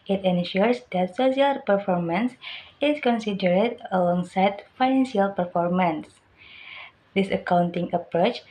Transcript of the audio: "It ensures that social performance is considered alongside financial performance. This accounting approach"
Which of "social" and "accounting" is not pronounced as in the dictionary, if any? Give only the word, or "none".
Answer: social